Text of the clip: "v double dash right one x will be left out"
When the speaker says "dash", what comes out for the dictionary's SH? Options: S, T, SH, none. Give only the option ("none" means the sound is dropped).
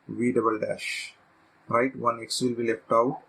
SH